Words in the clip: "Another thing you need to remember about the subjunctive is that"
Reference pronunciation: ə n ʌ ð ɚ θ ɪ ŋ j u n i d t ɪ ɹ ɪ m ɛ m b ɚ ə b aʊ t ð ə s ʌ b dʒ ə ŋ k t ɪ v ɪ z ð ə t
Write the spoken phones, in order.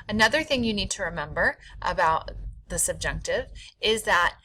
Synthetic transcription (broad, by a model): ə n ʌ ð ɚ θ ɪ ŋ j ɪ n i d t ɪ ɹ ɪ m ɛ m b ɚ ə b aʊ t ð ə s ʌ b dʒ ə ŋ k t ɪ v ɪ z ð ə t